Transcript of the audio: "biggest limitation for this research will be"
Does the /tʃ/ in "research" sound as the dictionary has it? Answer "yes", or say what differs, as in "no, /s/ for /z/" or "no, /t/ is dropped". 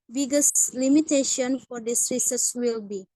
no, /s/ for /tʃ/